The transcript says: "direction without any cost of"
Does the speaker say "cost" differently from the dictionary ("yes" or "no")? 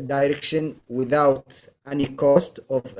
no